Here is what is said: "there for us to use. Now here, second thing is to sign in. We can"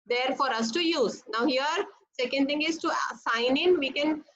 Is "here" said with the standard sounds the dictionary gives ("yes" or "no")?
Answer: yes